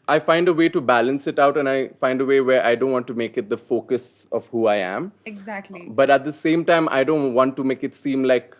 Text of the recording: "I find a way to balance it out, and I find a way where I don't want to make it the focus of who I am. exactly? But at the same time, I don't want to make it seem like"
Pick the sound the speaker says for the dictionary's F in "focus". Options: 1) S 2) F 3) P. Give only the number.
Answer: 2